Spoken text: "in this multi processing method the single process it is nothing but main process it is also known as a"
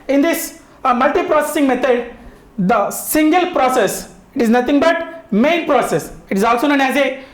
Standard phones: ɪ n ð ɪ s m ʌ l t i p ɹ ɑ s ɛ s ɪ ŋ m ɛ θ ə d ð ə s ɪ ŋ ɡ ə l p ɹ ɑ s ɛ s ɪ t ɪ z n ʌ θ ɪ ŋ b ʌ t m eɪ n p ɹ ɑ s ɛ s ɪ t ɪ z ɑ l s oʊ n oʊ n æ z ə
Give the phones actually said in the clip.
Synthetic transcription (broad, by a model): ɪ n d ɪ s m ʌ l t i p ɹ ɑ s ɛ s ɪ ŋ m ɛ t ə d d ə s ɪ ŋ ɡ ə l p ɹ ɑ s ɛ s ɪ t ɪ z n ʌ t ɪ ŋ b ʌ t m eɪ n p ɹ ɑ s ɛ s ɪ t ɪ z ɑ l s oʊ n oʊ n æ z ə